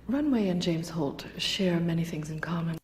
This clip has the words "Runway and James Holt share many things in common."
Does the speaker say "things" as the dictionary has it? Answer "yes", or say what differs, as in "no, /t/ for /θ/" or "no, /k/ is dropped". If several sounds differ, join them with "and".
yes